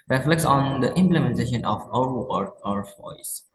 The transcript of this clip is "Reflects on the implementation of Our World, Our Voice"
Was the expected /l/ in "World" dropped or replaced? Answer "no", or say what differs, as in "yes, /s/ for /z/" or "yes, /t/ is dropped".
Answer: yes, /l/ is dropped